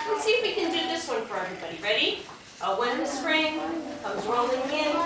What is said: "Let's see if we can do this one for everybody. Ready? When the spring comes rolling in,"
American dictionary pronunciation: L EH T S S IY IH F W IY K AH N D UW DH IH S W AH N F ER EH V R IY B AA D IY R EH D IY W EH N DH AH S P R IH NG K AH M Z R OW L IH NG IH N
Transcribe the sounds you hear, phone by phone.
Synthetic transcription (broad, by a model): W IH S S IY IH F W IY K AH N D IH DH IH S W AH N F ER EH V R IY B AA D IY R EH D IY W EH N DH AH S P R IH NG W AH Z R OW L IH NG IH N